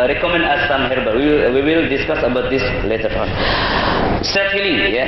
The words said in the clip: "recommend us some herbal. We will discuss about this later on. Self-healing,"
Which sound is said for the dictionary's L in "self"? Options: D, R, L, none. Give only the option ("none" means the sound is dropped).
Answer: none